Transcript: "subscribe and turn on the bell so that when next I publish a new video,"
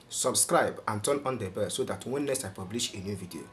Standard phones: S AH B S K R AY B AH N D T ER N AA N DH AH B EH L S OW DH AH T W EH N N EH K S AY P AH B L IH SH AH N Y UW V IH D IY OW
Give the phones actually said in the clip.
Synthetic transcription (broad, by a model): S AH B S K R AY B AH N T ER N AA N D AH B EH S OW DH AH T W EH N N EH S AY P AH B L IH SH AH N Y UW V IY D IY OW